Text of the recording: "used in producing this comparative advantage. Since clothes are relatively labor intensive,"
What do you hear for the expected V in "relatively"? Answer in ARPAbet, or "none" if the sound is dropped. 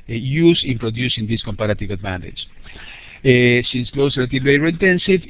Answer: none